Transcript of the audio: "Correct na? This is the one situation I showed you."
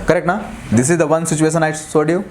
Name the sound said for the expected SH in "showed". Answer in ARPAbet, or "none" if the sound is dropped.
S